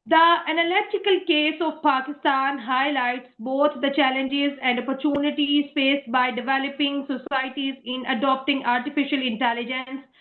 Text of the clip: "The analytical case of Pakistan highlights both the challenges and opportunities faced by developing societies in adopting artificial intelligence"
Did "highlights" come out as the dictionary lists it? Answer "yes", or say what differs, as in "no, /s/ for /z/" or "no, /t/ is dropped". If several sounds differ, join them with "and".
yes